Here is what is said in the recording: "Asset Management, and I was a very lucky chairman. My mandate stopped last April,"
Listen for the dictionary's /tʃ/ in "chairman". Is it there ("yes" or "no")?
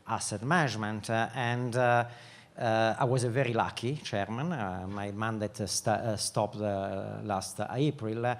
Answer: yes